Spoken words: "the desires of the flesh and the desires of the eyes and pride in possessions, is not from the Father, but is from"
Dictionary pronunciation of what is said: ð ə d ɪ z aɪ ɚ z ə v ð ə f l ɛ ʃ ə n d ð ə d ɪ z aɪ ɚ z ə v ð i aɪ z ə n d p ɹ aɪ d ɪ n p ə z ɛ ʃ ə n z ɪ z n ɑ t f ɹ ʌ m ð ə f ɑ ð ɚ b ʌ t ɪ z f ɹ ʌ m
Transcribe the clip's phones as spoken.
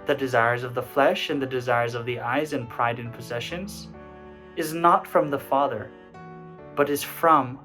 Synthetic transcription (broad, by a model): ð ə d ɪ z aɪ ɚ z ə v ð ə f l ɛ ʃ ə n ð ə d ɪ z aɪ ɚ z ə v ð i aɪ z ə n p ɹ aɪ d ɪ n p ə z ɛ ʃ ə n z ɪ z n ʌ t f ɹ ʌ m ð ə f ɑ ð ɚ b ʌ t ɪ z f ɹ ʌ m